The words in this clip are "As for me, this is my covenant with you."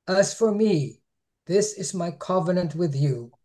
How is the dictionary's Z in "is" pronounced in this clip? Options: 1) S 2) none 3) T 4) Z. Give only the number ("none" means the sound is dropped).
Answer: 4